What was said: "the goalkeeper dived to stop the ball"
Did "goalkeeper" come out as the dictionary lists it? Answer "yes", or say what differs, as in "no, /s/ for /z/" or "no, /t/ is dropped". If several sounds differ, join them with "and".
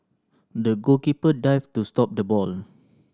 no, /l/ is dropped